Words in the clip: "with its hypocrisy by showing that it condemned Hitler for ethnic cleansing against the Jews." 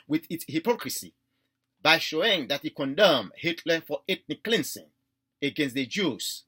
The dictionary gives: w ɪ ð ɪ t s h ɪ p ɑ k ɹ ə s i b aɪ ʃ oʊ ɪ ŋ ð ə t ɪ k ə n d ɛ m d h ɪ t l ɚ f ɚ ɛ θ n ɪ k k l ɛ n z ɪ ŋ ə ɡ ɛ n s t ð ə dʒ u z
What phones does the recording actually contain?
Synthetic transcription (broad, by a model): w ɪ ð ɪ t s h ɪ p ɑ k ɹ ə s i b aɪ ʃ oʊ ɪ ŋ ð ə t ɪ k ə n d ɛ m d h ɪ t l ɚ f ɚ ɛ t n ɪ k k l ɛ n s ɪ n ə ɡ ɛ n s t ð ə dʒ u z